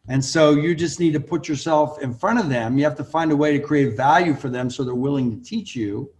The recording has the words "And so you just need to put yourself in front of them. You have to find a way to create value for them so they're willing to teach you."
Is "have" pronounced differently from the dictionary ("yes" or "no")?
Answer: yes